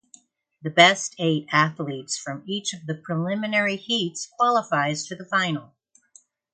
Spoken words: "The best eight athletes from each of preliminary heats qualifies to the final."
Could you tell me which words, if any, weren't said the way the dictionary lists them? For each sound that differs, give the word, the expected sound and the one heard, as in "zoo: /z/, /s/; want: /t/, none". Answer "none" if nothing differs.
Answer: none